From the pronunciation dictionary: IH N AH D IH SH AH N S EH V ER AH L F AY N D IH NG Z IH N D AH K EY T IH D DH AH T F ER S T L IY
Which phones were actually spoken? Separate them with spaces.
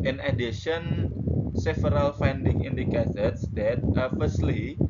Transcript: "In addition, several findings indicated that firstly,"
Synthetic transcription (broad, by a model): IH N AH D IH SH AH N S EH F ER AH L F AY N D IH NG IH N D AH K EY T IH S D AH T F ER S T L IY